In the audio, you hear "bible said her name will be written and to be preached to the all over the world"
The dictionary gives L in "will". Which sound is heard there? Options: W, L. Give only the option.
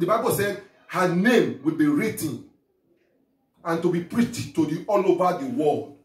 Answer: L